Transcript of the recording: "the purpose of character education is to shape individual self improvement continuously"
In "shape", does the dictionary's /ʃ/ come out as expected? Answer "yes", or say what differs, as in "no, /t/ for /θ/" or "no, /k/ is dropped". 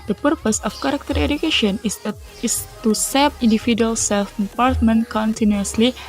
no, /s/ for /ʃ/